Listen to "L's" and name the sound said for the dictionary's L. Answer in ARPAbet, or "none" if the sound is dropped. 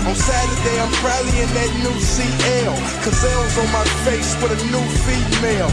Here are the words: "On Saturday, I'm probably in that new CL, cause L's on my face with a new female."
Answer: W